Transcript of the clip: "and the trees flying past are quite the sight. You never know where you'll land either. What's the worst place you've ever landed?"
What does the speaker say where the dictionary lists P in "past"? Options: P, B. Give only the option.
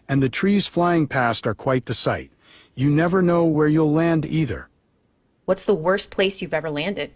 P